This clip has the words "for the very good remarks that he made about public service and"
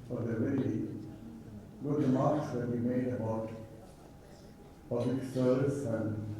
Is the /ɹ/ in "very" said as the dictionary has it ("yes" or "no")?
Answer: no